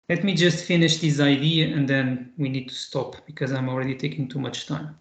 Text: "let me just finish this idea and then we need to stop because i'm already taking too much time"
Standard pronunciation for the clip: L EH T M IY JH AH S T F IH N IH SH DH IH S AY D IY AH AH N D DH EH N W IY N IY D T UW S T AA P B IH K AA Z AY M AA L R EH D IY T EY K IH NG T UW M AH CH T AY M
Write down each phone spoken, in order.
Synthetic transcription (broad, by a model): L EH T M IY JH AH S T F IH N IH SH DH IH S AY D IY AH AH N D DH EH N W IY N IY D T UW S T AA P B IH K AA Z AY M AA L R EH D IY T EY K IH NG T UW M AH CH T AY M